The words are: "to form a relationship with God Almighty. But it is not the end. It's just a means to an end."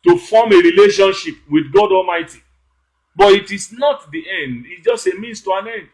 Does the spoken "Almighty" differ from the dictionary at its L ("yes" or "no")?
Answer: no